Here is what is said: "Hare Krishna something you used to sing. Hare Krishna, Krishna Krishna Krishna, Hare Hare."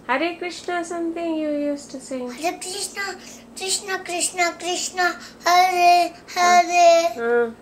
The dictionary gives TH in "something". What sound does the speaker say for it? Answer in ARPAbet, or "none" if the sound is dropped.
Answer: T